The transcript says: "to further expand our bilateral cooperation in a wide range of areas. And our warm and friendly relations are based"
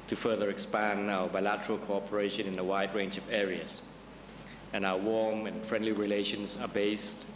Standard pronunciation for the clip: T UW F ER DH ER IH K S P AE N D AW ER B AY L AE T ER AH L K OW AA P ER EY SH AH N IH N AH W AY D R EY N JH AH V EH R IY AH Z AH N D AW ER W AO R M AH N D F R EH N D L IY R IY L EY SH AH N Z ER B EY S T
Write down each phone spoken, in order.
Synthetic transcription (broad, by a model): T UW F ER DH ER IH K S P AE N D AW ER B AY L AE T ER AH L K OW AA P ER EY SH AH N IH N AH W AY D R EY N JH AH V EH R IY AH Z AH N AW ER W AO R M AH N F R EH N D L IY R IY L EY SH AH N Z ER B EY S T